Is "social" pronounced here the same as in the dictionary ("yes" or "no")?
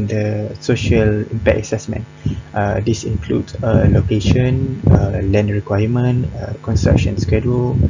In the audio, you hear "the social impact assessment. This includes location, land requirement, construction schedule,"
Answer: yes